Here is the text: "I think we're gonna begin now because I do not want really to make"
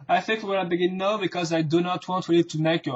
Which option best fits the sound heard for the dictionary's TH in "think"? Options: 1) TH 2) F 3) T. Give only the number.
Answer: 1